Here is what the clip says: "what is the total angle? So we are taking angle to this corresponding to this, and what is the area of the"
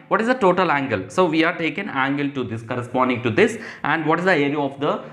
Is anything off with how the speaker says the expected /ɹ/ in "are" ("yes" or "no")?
no